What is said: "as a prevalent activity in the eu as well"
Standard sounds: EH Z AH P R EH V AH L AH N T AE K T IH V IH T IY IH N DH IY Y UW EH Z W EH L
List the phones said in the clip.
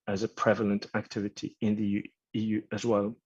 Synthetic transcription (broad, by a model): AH Z AH P R EH V AH L AH N T AE K T IH V IH T IY IH N DH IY Y UW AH Z W EH L